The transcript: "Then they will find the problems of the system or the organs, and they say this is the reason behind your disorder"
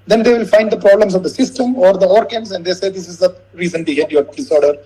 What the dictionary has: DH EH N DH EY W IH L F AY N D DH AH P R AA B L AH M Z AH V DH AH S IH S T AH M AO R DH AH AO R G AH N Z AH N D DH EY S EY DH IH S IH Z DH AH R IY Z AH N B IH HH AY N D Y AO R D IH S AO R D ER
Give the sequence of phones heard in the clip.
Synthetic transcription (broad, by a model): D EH N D EY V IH L F AY N D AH P R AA B L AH M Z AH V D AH S IH S T AH M AO R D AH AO R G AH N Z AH N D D EY S EY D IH S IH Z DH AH R IY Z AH N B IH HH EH D Y AO R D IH S AO R D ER